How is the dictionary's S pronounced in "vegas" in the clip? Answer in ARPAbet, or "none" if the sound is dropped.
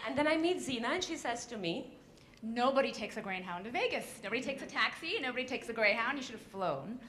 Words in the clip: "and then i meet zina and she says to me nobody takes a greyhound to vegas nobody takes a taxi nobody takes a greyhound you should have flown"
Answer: S